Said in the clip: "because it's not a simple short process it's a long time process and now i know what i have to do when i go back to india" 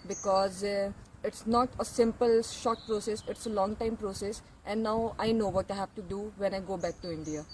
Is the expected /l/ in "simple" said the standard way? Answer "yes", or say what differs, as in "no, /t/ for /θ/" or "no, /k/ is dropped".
yes